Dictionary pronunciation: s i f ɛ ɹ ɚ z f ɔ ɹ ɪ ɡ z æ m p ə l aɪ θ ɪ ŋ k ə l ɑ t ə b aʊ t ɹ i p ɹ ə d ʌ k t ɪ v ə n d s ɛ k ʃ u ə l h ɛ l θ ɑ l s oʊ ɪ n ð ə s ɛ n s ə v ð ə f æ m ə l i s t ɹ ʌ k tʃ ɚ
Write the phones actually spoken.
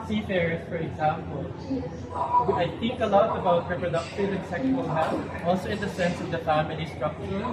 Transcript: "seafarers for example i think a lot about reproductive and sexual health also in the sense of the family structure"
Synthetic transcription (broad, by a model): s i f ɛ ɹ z f ɔ ɹ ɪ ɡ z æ m p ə l aɪ θ ɪ ŋ k ə l ɑ t ə b aʊ t ɹ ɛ p ɹ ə d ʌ k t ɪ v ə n s ɛ k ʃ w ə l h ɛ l f ɑ l s oʊ ɪ n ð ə s ɛ n s ə v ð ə f æ m ə l i s t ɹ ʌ k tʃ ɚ